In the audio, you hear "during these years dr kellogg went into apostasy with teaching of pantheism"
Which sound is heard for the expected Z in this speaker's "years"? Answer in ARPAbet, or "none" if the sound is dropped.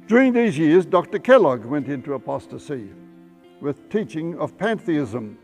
Z